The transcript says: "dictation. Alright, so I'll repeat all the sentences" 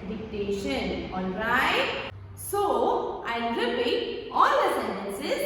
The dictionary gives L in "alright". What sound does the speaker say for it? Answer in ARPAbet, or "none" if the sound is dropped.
N